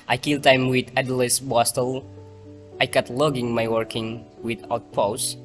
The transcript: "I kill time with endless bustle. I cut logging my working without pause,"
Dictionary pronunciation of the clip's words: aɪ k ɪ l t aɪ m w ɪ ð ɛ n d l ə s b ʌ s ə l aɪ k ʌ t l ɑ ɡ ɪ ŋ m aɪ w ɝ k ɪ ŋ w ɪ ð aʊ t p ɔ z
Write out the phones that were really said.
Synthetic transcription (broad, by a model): aɪ k ɪ l t aɪ m w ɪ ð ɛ d l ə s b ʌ s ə l aɪ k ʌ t l ɑ ɡ ɪ ŋ m aɪ w ɝ k ɪ ŋ w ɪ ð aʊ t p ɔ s